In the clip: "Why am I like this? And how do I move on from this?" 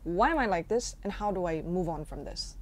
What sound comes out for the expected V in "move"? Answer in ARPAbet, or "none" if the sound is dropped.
V